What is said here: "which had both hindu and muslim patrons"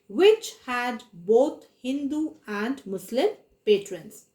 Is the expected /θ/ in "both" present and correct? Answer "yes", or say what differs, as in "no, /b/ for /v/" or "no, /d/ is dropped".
no, /t/ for /θ/